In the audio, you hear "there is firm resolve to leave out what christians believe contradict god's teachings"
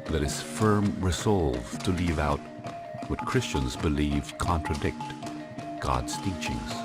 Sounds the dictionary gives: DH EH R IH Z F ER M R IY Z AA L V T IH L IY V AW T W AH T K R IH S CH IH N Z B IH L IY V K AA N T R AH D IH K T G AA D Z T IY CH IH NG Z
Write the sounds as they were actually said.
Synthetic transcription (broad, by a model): DH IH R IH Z F ER M R IY Z AA L V T IH L IY V AW T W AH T K R IH S CH IH N Z B IH L IY V K AA N T R AH D IH K T G AA D Z T IY CH IH NG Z